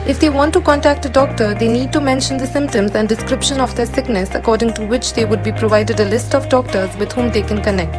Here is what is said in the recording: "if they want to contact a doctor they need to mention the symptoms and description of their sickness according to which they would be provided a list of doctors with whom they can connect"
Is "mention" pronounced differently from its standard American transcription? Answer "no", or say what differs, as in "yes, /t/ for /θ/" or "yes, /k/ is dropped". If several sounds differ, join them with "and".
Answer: no